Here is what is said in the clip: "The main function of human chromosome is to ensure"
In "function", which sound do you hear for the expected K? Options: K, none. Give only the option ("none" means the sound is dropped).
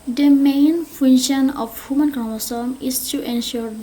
none